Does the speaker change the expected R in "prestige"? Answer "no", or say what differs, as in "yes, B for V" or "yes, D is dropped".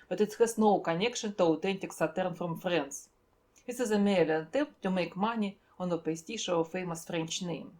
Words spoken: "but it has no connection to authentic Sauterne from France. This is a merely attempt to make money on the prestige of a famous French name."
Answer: yes, R is dropped